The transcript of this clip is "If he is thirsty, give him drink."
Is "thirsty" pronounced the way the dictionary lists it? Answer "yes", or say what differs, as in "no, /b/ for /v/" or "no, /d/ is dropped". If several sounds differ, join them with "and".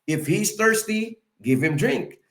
yes